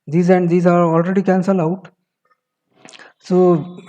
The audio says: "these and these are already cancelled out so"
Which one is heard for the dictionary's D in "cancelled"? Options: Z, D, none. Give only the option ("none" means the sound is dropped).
none